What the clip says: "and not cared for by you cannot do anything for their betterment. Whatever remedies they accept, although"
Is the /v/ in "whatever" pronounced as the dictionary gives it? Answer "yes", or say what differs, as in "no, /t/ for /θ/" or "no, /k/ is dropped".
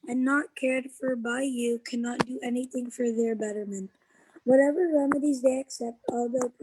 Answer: yes